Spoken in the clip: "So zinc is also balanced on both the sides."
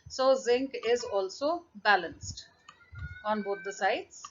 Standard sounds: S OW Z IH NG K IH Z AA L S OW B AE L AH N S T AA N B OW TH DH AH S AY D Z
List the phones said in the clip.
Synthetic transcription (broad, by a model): S OW Z IH NG K IH Z AA L S OW B AE L AH N S T AA N B OW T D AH S AY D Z